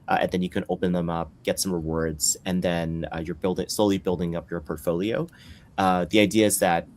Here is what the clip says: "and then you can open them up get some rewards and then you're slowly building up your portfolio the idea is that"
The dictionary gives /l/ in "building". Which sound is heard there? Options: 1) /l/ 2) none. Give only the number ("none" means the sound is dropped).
1